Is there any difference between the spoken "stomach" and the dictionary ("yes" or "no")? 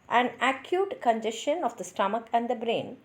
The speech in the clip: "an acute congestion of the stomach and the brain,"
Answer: no